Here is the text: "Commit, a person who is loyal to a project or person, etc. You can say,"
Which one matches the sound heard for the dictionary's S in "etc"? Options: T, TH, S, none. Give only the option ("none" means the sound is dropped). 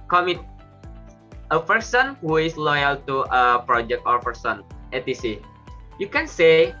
none